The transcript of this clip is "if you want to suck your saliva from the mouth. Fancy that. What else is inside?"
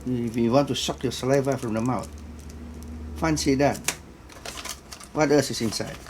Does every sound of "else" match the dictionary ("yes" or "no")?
no